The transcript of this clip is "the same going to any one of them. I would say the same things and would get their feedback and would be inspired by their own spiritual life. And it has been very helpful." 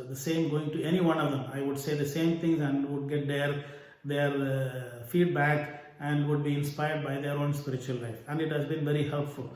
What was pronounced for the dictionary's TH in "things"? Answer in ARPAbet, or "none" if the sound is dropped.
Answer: T